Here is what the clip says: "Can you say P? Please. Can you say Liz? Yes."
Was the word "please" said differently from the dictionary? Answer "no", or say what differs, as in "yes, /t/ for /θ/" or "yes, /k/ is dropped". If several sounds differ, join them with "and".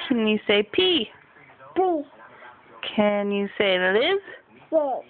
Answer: yes, /z/ is dropped